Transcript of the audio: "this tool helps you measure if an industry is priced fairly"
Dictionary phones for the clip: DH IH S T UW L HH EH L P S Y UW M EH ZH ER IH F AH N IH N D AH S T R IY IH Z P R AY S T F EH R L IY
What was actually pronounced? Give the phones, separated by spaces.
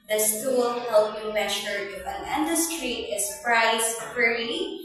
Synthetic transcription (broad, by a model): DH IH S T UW L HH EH L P Y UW M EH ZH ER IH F AH N IH N D AH S T R IY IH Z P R AY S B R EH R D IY